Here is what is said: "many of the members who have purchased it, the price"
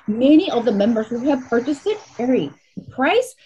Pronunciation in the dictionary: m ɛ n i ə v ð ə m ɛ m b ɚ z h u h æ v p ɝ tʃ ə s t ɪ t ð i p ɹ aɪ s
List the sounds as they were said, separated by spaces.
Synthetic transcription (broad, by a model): m ɛ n i ə v ð ə m ɛ m b ɚ z h u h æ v p ɝ tʃ ə s t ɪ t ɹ i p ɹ aɪ s